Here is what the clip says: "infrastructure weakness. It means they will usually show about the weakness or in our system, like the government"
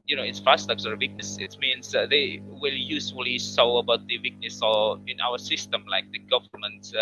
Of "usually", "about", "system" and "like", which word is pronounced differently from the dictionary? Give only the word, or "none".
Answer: usually